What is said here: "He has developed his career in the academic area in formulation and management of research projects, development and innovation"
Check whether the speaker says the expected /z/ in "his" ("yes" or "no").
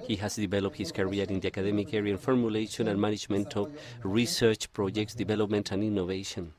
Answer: no